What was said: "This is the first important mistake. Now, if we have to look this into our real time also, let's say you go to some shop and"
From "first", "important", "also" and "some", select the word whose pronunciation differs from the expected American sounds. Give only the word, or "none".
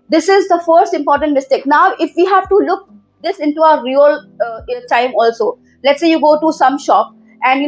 none